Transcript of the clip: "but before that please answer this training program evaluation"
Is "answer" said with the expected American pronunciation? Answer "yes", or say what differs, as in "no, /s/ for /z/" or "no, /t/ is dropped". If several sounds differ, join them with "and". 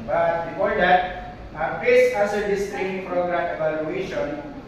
no, /n/ is dropped